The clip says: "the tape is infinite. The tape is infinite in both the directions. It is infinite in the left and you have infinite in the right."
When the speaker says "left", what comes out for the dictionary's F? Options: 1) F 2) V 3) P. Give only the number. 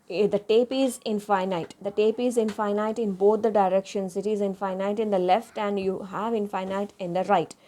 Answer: 1